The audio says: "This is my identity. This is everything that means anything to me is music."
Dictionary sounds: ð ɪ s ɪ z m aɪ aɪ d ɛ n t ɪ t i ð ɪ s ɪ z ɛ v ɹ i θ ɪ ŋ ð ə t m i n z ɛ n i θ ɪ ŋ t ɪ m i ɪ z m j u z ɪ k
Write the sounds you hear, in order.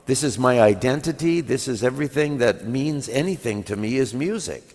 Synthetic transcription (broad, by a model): ð ɪ s ɪ z m aɪ aɪ d ɛ n t ɪ t i ð ɪ s ɪ z ɛ v ɹ i θ ɪ ŋ ð ə t m i n z ɛ n i θ ɪ ŋ t ɪ m i ɪ z m j u z ɪ k